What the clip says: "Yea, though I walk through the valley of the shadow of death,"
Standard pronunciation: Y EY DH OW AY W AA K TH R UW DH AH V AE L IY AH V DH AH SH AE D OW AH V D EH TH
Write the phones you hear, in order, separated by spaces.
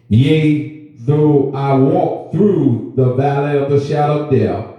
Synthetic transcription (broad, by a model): Y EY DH OW AY W AA K TH R UW DH AH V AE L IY AH V DH AH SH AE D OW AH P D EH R